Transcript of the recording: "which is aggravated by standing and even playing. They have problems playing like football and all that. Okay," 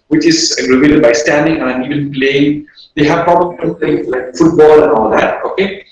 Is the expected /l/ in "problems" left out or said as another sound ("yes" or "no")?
yes